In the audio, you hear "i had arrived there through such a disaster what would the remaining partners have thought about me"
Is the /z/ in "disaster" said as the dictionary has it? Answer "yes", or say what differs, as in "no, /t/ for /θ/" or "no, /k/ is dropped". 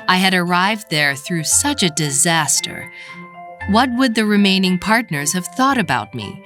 yes